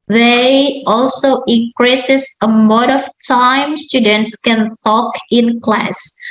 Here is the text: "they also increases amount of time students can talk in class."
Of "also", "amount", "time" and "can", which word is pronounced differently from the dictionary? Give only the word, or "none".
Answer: amount